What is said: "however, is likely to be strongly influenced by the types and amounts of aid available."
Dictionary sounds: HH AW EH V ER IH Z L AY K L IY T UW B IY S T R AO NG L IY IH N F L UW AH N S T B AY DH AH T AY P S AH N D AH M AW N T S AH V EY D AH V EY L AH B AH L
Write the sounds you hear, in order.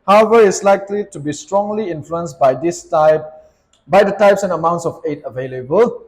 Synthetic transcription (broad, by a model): HH AW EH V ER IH S L AY K L IY T UW B IY S T R AO NG L IY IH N F L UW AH N S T B AY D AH T AY P S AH N AH M AW N T S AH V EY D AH V EY L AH B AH L